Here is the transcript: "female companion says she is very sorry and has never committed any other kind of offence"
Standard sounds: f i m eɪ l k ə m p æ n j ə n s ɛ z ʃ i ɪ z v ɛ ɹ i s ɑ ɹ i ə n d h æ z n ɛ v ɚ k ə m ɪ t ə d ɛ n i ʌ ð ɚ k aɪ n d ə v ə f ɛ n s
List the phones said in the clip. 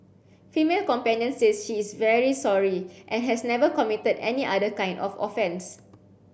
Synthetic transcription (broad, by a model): f i m eɪ l k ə m p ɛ n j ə n s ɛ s ʃ i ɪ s v ɛ ɹ i s ɑ ɹ i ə n h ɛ s n ɛ v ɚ k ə m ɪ t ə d ɛ n i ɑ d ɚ k aɪ n d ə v ə f ɛ n s